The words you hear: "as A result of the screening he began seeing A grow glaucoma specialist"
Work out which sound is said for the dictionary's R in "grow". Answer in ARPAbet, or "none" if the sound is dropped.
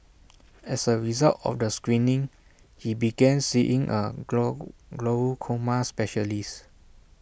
L